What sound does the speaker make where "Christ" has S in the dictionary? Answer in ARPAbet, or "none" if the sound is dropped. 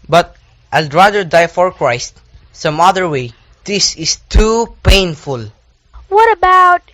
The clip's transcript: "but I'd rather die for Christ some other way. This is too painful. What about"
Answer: S